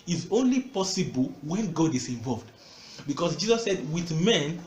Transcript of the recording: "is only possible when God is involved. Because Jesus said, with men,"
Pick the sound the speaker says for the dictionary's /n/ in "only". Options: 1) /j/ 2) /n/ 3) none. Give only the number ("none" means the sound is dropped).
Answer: 2